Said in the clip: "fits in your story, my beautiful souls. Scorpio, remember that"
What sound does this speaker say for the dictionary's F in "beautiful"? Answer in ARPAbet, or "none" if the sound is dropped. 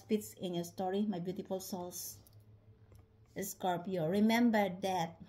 F